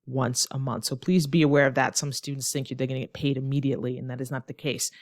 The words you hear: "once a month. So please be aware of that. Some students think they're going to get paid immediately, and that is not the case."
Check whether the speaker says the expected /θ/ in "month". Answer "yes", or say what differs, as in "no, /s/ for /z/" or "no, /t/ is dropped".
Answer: yes